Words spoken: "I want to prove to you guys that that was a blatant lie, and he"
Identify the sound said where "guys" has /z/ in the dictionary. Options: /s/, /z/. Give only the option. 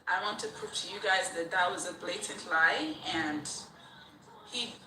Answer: /z/